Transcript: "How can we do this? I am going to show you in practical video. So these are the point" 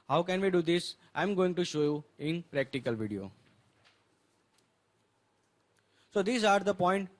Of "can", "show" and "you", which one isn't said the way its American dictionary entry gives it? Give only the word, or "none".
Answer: none